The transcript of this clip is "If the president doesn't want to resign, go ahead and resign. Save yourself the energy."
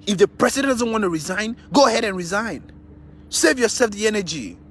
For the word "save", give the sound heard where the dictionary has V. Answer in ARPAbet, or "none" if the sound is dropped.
V